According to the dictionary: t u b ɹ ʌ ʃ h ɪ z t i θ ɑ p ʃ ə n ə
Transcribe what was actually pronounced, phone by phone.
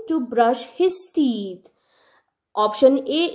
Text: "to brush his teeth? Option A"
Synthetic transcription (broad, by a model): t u b ɹ ʌ ʃ h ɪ s t i t ɑ p ʃ ə n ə